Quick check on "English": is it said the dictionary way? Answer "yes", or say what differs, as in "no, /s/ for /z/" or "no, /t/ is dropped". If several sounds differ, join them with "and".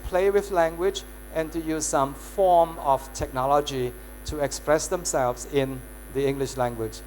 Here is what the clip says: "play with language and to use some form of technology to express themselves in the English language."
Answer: yes